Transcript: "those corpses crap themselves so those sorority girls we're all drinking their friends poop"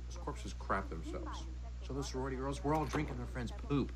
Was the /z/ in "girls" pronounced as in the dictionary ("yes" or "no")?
yes